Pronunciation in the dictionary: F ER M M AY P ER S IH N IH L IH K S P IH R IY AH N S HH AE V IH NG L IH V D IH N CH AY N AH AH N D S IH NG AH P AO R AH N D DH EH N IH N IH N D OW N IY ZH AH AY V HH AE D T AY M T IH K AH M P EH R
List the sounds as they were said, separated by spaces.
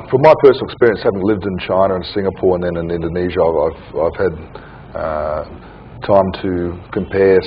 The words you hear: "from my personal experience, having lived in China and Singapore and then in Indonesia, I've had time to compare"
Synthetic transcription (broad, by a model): F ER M M AY P ER S N L IH K S P IH R IY AH N S HH AE V IH NG L IH V D IH N CH AY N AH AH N S IH NG AH P AO R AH N DH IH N IH N IH N D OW N IY ZH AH AY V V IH D T AY M T IH K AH M P EH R